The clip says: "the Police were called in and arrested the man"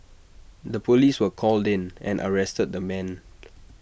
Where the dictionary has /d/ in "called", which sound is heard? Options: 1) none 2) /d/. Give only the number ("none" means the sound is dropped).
2